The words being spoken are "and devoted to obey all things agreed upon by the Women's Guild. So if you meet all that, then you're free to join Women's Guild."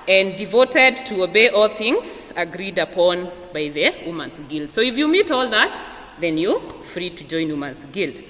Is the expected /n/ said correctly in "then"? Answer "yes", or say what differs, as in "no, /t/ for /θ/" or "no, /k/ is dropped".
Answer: yes